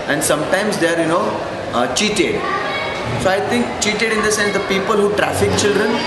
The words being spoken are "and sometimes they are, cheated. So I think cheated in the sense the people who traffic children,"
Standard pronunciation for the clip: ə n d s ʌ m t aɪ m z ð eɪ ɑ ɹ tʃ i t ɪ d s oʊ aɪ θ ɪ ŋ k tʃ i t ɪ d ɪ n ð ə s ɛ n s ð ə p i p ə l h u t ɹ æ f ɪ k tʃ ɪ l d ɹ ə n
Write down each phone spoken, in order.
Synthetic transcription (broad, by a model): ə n d s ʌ m t aɪ m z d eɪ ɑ ɹ tʃ i t ɪ d s oʊ aɪ t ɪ ŋ k tʃ i t ɪ d ɪ n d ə s ɛ n s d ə p i p ə l h u t ɹ æ f ɪ k tʃ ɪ l d ɹ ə n